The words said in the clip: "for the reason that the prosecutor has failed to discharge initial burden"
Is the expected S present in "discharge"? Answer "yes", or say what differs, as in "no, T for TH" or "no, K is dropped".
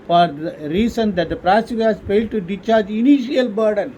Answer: no, S is dropped